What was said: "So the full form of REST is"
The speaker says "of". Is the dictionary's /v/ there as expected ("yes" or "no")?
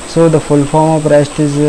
no